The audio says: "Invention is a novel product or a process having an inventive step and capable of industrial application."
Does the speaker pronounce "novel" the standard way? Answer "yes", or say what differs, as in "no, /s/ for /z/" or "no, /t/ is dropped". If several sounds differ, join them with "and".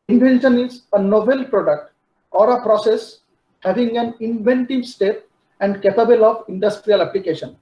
no, /b/ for /v/